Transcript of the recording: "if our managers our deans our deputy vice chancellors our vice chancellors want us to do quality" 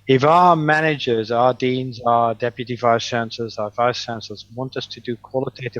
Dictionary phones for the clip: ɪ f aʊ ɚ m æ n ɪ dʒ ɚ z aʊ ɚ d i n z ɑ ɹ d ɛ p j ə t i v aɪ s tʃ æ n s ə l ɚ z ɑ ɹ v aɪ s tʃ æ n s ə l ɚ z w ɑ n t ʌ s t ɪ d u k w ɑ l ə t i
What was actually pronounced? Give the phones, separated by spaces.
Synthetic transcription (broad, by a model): ɪ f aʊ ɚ m æ n ɪ dʒ ɚ z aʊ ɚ d i n z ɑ d ɛ p j ə t i v aɪ s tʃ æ n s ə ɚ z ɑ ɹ v aɪ s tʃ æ n s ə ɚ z w ɑ n t ʌ s t ɪ d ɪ k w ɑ l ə t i